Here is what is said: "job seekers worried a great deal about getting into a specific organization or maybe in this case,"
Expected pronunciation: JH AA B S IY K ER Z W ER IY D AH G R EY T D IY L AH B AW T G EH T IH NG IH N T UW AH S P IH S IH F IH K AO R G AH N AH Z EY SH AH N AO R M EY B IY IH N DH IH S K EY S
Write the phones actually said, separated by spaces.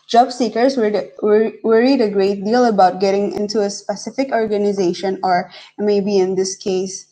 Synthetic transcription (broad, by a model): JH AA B S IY K ER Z W ER IY D AH G R EY T D IY L AH B AW T G EH T IH NG IH N T UW AH S P IH S IH F IH K AO R G AH N AH Z EY SH AH N AO R M EY B IY IH N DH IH S K EY S